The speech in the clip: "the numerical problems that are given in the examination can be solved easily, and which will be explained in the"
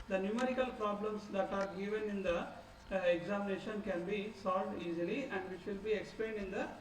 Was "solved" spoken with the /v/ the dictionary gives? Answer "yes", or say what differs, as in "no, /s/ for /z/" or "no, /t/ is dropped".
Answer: yes